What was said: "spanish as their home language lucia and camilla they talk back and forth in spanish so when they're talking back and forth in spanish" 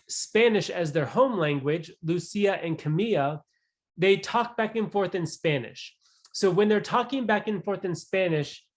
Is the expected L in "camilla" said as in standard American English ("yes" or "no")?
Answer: no